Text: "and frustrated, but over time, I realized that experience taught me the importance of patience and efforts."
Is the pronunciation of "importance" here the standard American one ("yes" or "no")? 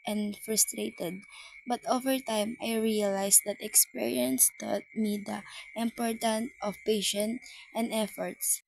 no